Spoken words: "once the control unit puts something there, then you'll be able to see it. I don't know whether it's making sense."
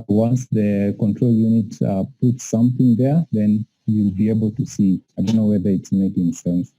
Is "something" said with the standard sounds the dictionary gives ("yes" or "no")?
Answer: yes